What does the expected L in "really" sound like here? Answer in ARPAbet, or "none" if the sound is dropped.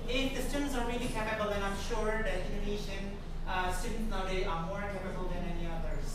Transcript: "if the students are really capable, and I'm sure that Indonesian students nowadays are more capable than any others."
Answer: L